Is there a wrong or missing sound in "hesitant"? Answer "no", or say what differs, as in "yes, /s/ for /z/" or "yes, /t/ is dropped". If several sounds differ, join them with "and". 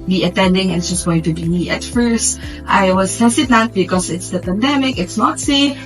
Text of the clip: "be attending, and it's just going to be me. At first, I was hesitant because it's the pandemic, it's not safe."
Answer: yes, /s/ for /z/